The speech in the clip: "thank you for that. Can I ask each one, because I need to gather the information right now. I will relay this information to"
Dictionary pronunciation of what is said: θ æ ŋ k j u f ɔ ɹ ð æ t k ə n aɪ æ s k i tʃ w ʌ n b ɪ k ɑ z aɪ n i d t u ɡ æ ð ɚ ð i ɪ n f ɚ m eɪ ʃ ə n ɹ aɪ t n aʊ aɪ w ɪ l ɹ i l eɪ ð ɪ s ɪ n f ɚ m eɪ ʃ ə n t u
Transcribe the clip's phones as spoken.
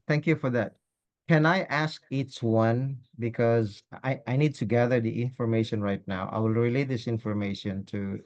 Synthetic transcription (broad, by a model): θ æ ŋ k j u f ɔ ɹ ð æ t k ə n aɪ æ s k i tʃ w ʌ n b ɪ k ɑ z aɪ n i d t u ɡ æ ð ɚ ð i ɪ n f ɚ m eɪ ʃ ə n ɹ aɪ t n aʊ aɪ w ɪ l ɹ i l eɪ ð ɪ s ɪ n f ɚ m eɪ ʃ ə n t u